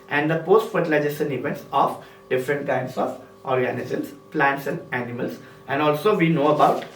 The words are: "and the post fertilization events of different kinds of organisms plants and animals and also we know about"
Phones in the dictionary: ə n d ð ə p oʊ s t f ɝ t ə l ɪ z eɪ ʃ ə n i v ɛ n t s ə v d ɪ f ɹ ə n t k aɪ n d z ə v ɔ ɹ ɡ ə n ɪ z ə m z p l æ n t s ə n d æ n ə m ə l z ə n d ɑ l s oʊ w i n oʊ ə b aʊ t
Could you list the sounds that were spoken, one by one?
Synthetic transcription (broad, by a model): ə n d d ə p oʊ s t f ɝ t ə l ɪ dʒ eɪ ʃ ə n i v ɛ n t s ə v d ɪ f ɹ ə n t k aɪ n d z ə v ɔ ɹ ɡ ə n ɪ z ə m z p l æ n t s ə n d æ n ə m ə l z ə n d ɑ l s oʊ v i n oʊ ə b aʊ t